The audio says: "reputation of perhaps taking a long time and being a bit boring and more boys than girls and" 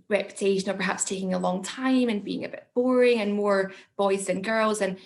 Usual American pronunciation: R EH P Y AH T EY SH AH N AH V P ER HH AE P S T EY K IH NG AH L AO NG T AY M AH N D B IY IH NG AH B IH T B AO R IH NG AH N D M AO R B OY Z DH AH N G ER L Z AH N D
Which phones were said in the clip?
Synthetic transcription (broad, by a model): R EH P Y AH T EY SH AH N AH P ER HH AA P S T EY K IH NG AH L AO NG T AY M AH N B IY IH NG AH B IH T B AO R IH NG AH N M AO R B OY Z DH AH N G ER L Z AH N